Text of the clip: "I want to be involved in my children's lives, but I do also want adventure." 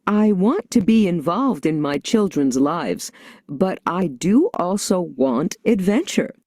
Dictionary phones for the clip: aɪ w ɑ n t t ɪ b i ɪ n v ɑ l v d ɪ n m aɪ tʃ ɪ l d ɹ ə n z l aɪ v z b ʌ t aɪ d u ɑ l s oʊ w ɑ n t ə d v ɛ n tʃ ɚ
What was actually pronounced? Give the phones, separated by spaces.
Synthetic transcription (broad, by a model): aɪ w ɑ n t t ɪ b i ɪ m v ɑ l v d ɪ n m aɪ tʃ ɪ l d ɹ ə n z l aɪ v z b ʌ t aɪ d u ɑ l s oʊ w ɑ n t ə d v ɛ n tʃ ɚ